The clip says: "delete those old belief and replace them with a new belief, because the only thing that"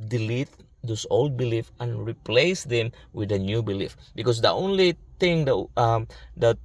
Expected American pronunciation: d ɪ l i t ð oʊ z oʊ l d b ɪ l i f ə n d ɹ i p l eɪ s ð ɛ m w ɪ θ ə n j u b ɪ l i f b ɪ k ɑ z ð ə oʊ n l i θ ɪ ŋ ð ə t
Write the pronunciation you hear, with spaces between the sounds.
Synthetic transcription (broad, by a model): d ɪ l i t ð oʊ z oʊ l d b ɪ l i f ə n ɹ i p l eɪ s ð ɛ m w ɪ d ə n j u b ɪ l i f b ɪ k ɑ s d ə oʊ n l i t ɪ ŋ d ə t